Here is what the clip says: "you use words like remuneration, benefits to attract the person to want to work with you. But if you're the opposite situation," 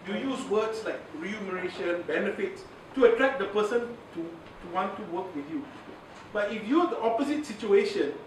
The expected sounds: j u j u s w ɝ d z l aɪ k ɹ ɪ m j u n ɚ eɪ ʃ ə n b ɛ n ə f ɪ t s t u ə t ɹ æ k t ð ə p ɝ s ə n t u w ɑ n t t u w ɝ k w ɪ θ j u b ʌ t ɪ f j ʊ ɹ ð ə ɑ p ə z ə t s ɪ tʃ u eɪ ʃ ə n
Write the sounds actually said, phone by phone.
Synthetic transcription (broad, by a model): j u j u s w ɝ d s l aɪ k ɹ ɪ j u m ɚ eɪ ʃ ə n b ɛ n ə f ɪ t s t u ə t ɹ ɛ k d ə p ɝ s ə n t u w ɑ n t t u w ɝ k w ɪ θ j u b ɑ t ɪ f j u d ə ɑ p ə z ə t s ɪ tʃ u eɪ ʃ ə n